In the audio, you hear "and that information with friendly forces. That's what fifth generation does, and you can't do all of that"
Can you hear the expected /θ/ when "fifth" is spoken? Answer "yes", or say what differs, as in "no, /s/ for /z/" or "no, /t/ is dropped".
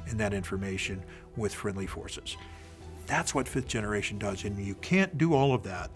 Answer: yes